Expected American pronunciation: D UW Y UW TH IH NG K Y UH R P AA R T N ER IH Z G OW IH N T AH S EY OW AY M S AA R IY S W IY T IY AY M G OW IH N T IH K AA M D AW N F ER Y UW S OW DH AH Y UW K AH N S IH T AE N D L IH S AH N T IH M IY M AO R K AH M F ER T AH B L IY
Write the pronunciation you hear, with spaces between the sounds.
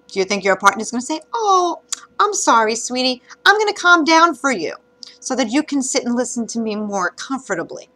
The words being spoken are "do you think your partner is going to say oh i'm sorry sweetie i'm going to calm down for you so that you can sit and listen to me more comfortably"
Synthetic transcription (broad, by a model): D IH Y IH TH IH NG K Y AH R P AA R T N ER IH Z G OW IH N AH S EY OW AY M S AA R IY S W IY T IY AY M G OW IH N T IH K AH M D AW N F ER Y UW S OW DH AH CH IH K AH N S IH T N L IH S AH N T IH M IY M AO R K AH M F ER T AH B L IY